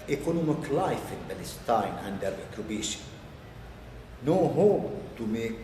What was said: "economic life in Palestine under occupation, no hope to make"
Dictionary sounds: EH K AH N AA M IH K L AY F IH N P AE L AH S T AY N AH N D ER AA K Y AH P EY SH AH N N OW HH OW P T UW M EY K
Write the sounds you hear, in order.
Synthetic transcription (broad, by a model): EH K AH N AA M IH K L AY F IH N B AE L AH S T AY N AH N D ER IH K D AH B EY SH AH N N OW HH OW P T UW M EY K